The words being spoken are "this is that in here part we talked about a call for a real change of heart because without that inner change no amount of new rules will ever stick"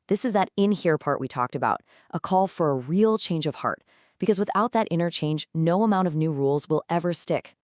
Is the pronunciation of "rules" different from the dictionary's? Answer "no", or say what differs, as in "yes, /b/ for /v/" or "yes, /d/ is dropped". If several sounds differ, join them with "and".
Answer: no